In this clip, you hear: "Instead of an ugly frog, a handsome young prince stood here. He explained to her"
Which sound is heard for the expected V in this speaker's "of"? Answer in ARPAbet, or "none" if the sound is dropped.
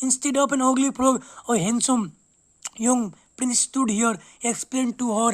P